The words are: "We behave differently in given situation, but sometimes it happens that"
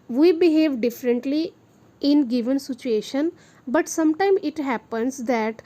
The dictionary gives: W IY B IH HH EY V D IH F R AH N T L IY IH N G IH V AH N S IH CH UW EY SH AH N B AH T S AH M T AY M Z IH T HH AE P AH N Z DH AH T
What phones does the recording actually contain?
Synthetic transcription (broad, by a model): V IY B IH HH EY V D IH F R AH N T L IY IH N G IH V AH N S IH CH UW EY SH AH N B AH T S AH M T AY M IH T HH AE P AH N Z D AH T